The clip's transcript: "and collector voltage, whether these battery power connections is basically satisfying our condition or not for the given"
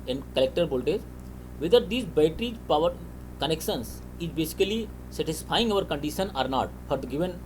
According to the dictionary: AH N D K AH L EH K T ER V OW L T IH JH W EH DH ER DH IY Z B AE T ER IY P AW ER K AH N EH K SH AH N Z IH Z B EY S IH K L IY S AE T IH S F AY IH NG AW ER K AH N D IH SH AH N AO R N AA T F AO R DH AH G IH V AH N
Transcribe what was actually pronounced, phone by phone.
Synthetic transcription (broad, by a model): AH N D K AH L EH K T ER B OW L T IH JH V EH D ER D IY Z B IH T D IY P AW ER K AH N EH K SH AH N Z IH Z B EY S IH K L IY S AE T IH S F AY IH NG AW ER K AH N D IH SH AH N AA R N AA T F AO R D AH G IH V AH N